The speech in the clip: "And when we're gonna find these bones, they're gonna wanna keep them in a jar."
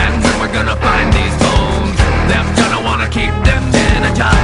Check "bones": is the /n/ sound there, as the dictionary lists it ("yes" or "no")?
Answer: no